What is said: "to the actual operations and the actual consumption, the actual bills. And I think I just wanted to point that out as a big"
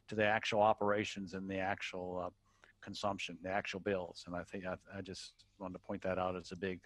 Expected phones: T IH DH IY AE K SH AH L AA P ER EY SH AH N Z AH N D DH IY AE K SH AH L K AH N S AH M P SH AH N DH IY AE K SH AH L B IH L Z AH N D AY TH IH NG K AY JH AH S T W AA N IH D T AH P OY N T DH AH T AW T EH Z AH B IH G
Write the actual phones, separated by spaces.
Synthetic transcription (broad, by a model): T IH DH IY AE K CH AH L AA P ER EY SH AH N Z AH N DH IY AE K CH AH L K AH N S AH M P SH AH N DH IY AE K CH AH L B IH L Z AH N AY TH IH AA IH AY JH AH S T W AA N T AH P OY N DH AH T AW T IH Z AH B IH G